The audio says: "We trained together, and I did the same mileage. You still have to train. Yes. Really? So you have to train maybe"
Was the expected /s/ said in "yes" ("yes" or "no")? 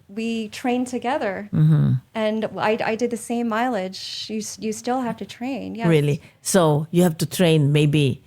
no